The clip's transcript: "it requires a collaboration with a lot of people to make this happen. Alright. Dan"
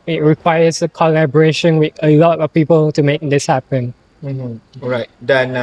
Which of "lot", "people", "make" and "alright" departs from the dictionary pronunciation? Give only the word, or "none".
alright